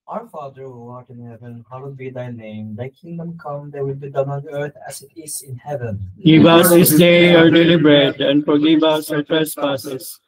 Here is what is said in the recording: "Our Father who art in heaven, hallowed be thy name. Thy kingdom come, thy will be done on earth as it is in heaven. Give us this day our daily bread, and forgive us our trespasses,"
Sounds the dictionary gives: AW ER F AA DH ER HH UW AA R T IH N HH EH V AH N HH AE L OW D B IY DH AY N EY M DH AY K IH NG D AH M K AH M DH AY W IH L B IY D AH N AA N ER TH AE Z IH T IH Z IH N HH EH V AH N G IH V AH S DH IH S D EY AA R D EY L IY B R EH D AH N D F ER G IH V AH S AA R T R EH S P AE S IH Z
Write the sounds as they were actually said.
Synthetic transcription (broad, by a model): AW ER F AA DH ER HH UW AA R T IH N HH EH V AH N HH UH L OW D B IY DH AY N EY M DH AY K IH NG D AH M K AH M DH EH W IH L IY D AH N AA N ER T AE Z IH T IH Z IH N HH EH V AH N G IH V AH S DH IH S D EY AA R D EY L IY B R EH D AH N D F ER G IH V AH S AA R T R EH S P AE S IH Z